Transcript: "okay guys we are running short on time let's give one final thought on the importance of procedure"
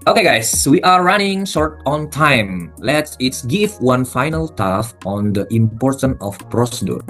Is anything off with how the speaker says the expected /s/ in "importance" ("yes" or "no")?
yes